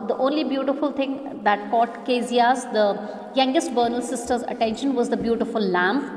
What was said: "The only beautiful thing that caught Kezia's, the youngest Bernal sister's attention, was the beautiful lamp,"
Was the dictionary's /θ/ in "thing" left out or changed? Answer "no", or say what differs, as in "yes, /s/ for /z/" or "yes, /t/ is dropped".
yes, /t/ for /θ/